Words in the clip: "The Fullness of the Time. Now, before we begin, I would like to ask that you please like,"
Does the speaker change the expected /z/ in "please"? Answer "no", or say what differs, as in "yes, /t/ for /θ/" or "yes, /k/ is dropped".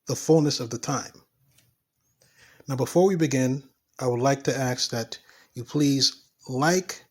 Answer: no